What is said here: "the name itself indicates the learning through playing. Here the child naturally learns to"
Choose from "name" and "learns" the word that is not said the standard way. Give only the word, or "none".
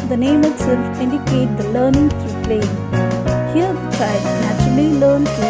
learns